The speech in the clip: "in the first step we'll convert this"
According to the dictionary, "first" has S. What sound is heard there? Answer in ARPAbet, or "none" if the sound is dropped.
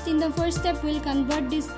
none